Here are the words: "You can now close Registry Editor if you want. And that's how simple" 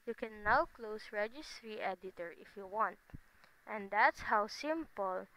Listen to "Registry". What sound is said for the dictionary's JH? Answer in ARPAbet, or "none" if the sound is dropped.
JH